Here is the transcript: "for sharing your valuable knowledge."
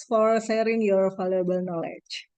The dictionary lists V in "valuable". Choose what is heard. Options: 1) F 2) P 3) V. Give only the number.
1